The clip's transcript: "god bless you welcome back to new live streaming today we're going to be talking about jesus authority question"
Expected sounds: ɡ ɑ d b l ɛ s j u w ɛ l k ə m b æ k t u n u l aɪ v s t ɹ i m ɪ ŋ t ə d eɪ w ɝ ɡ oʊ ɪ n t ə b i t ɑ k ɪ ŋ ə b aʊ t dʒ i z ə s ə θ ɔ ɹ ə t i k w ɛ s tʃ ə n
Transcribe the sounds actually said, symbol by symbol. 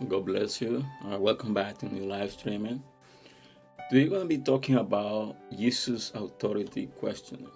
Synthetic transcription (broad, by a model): ɡ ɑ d b l ɛ s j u w ɛ l k ə m b æ k t u n u l aɪ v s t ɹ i m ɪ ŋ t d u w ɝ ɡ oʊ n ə b i t ɑ k ɪ ŋ ə b aʊ t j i s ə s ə t ɔ ɹ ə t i k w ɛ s tʃ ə n